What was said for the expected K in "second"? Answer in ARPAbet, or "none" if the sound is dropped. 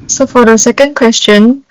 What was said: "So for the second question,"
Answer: K